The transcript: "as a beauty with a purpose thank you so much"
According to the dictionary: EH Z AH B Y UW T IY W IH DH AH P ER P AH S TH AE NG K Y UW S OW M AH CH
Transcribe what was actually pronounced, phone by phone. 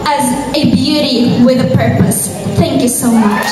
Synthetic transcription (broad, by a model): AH Z AH B Y UW T IY W IH DH AH P ER P AH S TH AE NG K Y UW S OW M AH CH